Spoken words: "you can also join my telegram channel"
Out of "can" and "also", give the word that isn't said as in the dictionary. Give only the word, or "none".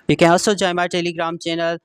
also